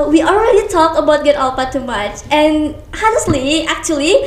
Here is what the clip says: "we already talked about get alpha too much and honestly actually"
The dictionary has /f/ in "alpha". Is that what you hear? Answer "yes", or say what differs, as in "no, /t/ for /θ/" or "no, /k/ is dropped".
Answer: no, /p/ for /f/